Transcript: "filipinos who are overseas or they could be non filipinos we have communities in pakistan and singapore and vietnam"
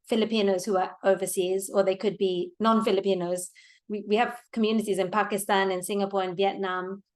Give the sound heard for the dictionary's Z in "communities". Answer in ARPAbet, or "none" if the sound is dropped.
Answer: Z